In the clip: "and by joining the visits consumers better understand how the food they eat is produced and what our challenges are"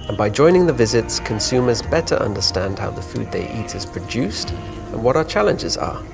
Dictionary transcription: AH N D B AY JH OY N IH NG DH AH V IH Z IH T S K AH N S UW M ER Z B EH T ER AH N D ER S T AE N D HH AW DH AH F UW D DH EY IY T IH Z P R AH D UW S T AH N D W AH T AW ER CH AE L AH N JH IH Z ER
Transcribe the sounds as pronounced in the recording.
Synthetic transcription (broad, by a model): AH N B AY JH OY N IH NG DH AH V IH Z IH T S K AH N S UW M ER Z B EH T ER AH N D ER S T AE N D HH AW DH AH F UW D DH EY IY T IH Z P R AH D UW S T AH N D W AH T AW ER CH AE L AH N JH IH Z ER